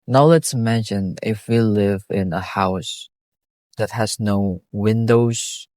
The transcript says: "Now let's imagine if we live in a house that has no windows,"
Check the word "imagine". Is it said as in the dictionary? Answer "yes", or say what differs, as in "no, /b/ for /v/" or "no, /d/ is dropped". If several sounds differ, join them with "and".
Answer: no, /ʃ/ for /dʒ/